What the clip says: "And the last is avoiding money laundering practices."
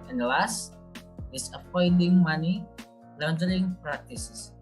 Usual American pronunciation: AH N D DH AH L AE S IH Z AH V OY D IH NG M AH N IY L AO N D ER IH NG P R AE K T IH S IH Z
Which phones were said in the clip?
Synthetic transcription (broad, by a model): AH N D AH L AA S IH S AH P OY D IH NG M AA N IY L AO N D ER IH NG P R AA K T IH S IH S